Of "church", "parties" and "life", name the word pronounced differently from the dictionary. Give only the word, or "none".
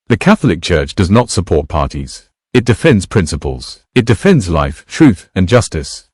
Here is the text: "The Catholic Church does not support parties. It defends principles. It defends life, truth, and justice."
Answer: none